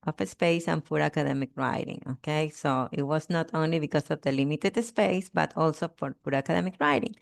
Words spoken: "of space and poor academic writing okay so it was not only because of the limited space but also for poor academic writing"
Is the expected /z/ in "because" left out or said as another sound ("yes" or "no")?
yes